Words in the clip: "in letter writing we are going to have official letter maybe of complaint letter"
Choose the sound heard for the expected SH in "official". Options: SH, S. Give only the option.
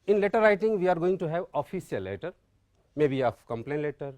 S